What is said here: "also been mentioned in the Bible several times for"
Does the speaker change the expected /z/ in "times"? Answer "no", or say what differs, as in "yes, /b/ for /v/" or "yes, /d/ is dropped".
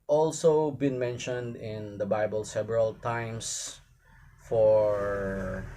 yes, /s/ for /z/